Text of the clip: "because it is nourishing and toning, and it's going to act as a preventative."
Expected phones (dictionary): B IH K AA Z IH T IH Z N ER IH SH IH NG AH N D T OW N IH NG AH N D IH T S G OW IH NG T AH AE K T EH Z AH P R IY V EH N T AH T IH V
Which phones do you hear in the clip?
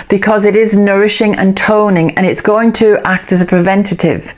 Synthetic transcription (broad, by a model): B IH K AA Z IH T IH Z N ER IH SH IH NG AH N T OW N IH NG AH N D IH T S G OW IH NG T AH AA K T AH Z AH P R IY V EH N T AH T IH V